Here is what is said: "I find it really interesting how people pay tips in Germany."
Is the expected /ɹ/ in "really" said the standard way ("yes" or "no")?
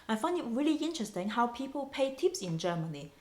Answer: yes